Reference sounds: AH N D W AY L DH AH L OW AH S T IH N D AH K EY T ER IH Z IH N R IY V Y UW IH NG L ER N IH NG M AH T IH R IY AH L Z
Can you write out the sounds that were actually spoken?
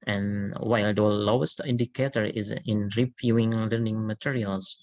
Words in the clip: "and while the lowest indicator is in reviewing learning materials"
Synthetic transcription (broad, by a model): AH N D W AY L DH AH L OW AH S T IH N D AH K EY T ER IH Z IH N R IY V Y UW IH NG L ER N IH NG M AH T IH R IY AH L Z